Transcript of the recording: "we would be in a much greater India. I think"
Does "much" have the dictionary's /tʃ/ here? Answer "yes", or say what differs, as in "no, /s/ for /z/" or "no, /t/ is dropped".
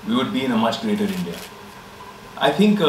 yes